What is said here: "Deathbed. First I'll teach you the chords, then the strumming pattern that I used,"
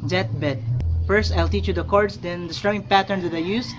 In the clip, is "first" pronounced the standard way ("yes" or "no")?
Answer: yes